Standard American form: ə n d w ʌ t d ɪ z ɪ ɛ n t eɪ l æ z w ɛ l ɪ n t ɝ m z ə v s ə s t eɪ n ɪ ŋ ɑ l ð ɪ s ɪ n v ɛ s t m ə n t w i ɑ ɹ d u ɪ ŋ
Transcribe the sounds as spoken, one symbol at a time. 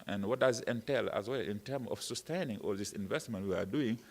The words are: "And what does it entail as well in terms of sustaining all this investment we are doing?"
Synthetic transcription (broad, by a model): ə n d w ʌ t d ɪ z ɪ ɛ n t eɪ l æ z w ɛ l ɪ n t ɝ m ə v s ə s t eɪ n ɪ ŋ ɑ l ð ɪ s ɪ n v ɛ s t m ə n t w i ɑ ɹ d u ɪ ŋ